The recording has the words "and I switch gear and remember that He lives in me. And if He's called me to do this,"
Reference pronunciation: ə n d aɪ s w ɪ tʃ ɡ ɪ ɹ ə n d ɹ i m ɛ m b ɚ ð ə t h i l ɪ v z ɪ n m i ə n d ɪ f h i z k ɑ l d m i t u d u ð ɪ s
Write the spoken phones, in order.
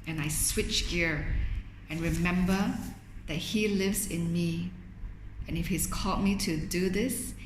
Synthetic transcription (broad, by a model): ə n aɪ s w ɪ tʃ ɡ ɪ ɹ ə n ɹ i m ɛ m b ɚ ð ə t h i l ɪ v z ɪ n m i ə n ɪ f h i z k ɑ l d m i t u d u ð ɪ s